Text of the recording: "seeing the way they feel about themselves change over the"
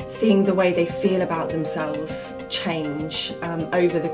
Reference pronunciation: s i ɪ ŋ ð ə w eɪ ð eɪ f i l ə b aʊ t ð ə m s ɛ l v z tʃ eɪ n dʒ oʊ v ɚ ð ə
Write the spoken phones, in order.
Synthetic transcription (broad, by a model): s i ɪ ŋ ð ə w eɪ ð eɪ f i l ə b aʊ t ð ə m s ɛ l v z tʃ eɪ n dʒ oʊ v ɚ ð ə